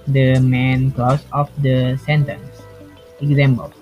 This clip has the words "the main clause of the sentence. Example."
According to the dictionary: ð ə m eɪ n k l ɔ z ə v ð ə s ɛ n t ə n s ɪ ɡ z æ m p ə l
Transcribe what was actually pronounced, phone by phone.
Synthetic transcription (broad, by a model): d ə m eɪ n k l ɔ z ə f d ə s ɛ n t ə n s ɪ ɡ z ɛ m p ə l